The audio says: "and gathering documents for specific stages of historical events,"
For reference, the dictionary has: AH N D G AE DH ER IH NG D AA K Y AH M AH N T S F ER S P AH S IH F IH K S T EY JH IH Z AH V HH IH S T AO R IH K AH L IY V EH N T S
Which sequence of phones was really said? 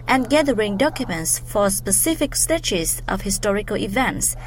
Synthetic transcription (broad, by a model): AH N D G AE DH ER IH NG D AA K Y AH M AH N T S F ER S P AH S IH F IH K S T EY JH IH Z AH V HH IH S T AO R IH K AH L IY V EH N T S